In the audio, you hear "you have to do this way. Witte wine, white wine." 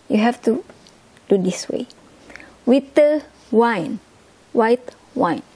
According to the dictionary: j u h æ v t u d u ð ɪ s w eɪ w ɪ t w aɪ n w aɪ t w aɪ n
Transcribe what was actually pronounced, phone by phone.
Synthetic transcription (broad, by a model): j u h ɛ f t u d u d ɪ s w eɪ w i t w aɪ n w aɪ t w aɪ n